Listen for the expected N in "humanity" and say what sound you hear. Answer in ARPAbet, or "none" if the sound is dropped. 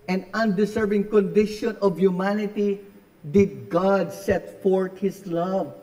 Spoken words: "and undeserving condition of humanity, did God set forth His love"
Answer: N